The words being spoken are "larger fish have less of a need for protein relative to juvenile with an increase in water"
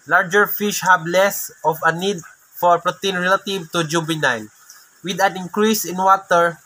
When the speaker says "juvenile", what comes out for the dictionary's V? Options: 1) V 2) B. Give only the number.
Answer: 2